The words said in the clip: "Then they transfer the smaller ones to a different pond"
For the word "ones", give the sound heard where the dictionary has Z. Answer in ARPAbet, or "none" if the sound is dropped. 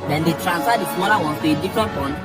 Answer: none